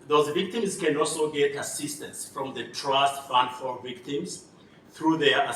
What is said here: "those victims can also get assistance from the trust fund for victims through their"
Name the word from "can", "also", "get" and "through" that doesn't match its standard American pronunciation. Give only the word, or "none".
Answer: none